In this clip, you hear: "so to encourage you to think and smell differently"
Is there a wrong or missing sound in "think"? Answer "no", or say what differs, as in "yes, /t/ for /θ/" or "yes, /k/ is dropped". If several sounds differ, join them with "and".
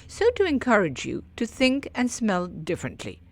no